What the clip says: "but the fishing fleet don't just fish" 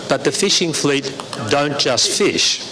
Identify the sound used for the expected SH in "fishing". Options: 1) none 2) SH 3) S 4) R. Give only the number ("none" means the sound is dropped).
2